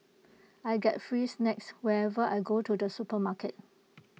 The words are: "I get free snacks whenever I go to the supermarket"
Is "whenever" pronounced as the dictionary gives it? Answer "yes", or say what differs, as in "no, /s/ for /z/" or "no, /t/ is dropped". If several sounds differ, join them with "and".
no, /n/ is dropped